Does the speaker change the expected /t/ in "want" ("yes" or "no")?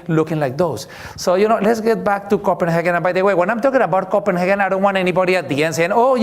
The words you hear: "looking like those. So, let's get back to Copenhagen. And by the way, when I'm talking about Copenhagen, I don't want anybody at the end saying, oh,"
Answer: yes